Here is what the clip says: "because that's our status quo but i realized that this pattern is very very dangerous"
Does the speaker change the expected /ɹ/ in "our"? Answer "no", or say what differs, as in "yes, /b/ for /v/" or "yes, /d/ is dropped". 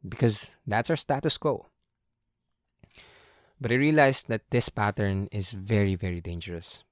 yes, /w/ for /ɹ/